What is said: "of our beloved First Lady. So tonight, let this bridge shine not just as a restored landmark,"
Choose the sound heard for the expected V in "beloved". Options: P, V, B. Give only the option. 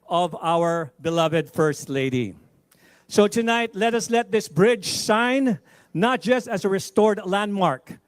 V